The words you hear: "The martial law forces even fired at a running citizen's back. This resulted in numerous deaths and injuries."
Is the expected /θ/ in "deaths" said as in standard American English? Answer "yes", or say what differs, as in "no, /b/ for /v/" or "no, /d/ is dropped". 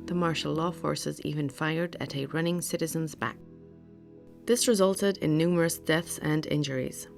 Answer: yes